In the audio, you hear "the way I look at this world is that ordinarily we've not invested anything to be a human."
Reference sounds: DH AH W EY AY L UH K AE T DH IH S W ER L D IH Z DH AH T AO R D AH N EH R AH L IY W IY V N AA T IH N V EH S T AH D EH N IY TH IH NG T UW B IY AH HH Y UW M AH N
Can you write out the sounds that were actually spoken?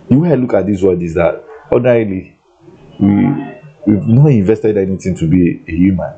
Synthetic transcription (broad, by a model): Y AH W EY AY L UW K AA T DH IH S W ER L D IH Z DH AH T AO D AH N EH R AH L IY W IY W N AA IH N V EH S T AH D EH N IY T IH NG T UW B IY AH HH Y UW M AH N